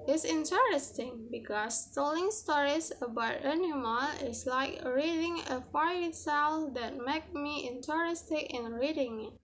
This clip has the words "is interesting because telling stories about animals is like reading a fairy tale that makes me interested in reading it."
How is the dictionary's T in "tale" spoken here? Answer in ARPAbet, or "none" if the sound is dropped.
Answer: S